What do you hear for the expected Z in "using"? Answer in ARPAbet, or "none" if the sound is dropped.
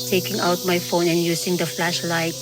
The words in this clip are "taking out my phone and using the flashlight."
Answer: S